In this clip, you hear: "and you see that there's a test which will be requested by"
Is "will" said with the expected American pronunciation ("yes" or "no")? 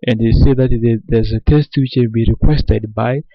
no